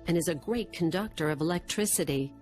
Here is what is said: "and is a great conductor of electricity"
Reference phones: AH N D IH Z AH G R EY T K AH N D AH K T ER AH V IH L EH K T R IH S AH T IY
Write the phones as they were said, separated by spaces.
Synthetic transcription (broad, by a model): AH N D IH Z AH G R EY T K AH N D AH K T ER AH V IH L EH K T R IH S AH T IY